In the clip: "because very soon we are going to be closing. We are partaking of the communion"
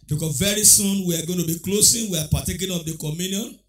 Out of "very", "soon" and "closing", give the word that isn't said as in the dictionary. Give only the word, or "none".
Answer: closing